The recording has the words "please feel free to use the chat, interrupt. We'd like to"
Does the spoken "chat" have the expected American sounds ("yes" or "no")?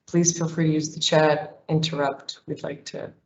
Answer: yes